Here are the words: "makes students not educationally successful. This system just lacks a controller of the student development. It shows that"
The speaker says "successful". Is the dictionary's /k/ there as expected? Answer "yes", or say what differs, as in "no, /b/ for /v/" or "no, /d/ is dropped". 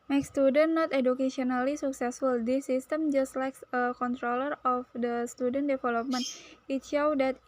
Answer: yes